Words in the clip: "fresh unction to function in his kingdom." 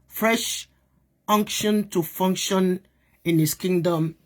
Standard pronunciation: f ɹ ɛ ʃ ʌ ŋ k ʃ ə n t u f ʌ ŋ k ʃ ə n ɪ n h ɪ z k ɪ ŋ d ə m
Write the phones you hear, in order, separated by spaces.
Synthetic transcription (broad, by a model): f ɹ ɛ ʃ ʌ ŋ k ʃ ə n t u f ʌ ŋ k ʃ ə n ɪ n h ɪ s k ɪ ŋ d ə m